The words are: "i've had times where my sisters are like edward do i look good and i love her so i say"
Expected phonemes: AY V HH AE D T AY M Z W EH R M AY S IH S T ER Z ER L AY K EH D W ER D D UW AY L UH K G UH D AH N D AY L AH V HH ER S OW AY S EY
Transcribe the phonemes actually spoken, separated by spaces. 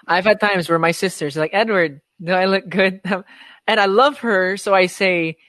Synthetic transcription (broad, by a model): AY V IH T T AY M Z W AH R M AY S IH S T ER Z L AY K EH D W ER D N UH AY L UH K G UH D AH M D AY L AH V HH ER S OW AY S EY